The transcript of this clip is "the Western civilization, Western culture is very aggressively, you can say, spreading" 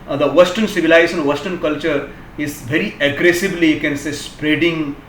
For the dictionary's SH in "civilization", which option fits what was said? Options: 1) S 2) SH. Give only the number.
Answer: 1